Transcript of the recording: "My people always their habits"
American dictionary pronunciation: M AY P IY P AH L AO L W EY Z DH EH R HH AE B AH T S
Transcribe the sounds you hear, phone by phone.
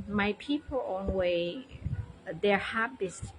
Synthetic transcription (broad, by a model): M AY P IY P AH L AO N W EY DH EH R HH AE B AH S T